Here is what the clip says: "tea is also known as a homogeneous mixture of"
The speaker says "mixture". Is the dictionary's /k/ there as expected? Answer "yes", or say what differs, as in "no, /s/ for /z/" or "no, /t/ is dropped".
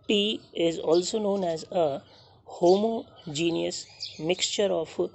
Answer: yes